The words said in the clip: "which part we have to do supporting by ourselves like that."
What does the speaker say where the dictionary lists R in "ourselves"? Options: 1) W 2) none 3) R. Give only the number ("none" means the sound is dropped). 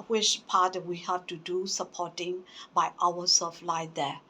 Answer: 1